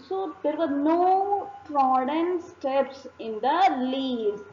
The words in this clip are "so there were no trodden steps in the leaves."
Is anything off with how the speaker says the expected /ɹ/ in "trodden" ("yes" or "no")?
no